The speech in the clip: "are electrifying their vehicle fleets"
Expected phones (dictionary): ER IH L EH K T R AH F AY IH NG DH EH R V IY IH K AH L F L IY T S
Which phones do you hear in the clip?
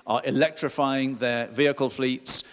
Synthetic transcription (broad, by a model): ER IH L EH K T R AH F AY IH NG DH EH V IY IH K AH L F L IY T S